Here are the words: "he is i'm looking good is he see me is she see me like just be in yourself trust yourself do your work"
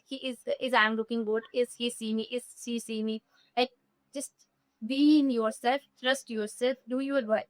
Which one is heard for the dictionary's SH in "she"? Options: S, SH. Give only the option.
S